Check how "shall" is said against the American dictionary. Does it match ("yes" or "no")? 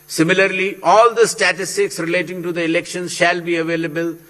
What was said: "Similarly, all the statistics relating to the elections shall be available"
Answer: yes